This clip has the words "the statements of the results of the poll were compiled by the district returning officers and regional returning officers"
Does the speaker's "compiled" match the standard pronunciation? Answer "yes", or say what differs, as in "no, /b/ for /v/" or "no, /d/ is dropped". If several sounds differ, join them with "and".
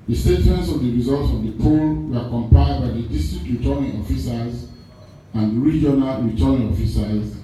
no, /l/ is dropped